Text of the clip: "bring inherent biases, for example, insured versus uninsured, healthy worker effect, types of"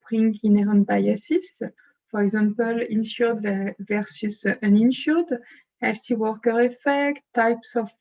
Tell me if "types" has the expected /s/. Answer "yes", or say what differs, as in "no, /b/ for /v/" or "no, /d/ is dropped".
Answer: yes